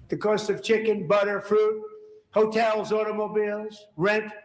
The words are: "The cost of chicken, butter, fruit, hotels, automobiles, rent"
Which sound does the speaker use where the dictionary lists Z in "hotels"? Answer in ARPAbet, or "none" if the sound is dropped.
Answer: Z